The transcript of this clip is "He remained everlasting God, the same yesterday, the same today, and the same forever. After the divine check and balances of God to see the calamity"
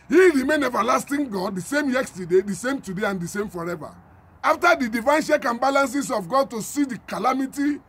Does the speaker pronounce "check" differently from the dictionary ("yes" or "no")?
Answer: yes